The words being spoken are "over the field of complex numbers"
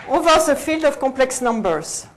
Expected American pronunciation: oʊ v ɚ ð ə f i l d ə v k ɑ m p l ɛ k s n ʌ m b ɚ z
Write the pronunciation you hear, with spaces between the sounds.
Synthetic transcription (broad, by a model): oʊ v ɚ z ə f i l d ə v k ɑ p l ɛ k s n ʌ m b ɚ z